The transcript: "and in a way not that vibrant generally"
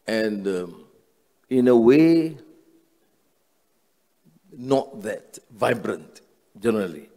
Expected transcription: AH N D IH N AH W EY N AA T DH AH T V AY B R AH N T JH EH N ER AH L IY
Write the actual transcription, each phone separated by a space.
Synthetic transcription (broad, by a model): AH N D IH N AH W EY N AA T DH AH T V AY B R AH N T JH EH N ER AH L IY